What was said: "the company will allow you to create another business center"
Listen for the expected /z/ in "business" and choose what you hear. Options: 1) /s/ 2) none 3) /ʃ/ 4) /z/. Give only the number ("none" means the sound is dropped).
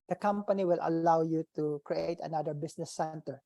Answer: 1